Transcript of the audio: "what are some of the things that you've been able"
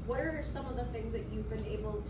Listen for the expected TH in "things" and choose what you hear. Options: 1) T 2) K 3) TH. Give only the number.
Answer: 3